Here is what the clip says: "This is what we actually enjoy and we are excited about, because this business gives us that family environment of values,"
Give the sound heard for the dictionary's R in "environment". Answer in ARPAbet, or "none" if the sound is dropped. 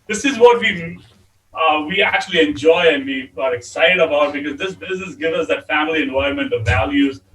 none